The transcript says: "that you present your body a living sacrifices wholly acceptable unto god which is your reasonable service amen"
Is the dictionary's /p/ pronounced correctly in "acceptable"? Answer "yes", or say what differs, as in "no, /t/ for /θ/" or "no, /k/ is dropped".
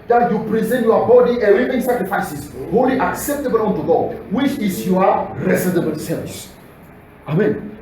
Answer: yes